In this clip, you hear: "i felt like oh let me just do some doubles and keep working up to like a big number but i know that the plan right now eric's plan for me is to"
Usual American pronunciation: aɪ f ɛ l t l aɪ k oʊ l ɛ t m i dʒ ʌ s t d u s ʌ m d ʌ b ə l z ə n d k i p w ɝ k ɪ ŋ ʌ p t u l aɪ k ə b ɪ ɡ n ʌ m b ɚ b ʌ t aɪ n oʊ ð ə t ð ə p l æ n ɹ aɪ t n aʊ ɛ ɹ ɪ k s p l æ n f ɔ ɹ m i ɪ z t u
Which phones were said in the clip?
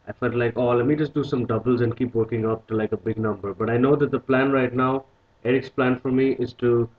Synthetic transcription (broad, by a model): aɪ f ɛ l t l aɪ k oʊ l ɛ t m i dʒ ʌ s t d u s ʌ m d ʌ b ə l z ə n d k i p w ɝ k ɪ ŋ ʌ p t u l aɪ k ə b ɪ ɡ n ʌ m b ɚ b ʌ t aɪ n oʊ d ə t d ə p l æ n ɹ aɪ t n aʊ ɛ ɹ ɪ k s p l æ n f ɔ ɹ m i ɪ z t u